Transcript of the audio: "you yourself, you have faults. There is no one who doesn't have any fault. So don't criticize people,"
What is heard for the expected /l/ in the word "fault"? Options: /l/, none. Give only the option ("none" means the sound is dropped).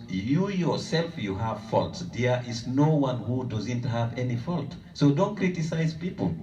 /l/